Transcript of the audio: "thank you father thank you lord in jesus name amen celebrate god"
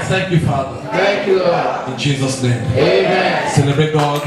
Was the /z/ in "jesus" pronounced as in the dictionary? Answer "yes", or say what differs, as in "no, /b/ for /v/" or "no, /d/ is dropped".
yes